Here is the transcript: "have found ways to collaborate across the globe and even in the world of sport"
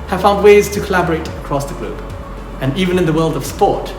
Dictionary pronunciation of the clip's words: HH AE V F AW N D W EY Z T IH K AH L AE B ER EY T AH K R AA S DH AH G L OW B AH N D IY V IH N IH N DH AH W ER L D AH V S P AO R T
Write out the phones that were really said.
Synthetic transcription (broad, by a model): HH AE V F AW N D W EY Z T IH K AH L AE B ER EY T AH K R AA S DH AH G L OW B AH N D IY V IH N IH N DH AH W ER L D AH V S P AO R T